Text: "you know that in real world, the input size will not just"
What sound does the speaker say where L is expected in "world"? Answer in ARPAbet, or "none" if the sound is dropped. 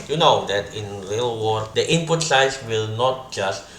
none